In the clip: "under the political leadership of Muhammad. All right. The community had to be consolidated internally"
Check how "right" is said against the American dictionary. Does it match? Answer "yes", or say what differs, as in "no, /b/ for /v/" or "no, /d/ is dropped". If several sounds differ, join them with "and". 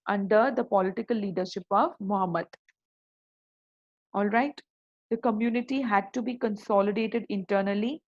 yes